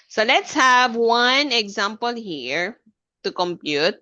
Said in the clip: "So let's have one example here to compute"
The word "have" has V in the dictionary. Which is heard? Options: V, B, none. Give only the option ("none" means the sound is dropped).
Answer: V